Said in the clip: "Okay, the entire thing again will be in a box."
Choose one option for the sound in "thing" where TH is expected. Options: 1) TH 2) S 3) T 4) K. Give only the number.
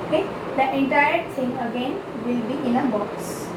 2